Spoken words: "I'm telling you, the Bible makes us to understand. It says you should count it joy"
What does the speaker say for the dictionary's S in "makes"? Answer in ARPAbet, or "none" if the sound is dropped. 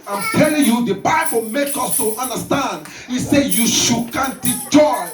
none